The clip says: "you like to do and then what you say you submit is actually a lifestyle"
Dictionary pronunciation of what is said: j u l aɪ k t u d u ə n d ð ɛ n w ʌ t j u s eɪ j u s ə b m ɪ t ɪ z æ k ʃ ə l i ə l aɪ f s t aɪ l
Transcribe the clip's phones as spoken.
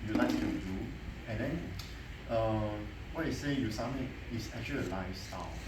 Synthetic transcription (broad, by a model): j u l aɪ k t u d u ə n d ɛ n w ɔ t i s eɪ j u s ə m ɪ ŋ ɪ s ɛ k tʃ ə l i ə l aɪ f s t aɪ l